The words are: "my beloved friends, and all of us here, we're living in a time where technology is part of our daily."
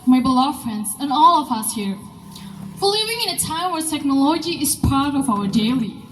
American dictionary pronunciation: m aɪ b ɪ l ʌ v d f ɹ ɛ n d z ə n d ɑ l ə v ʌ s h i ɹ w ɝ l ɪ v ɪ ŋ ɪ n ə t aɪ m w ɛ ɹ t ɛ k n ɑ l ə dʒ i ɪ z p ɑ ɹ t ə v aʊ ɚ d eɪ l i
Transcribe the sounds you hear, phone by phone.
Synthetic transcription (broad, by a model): m aɪ b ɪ l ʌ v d f ɹ ɛ n d z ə n ɑ l ə v ʌ s h i ɹ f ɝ l ɪ v ɪ ŋ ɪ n ə t aɪ m w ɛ ɹ t ɛ k n ɑ l ə dʒ i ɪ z p ɑ ɹ t ə v aʊ ɚ d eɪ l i